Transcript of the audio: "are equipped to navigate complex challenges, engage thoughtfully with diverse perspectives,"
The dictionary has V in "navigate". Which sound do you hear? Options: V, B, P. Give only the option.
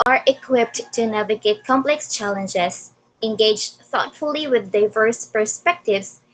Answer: V